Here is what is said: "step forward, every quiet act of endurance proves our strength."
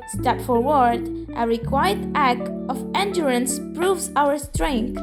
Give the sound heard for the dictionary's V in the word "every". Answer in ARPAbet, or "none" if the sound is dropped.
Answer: none